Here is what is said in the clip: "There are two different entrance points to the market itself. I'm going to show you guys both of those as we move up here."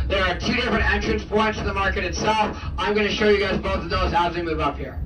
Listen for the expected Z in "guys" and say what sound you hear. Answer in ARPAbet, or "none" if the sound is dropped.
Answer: Z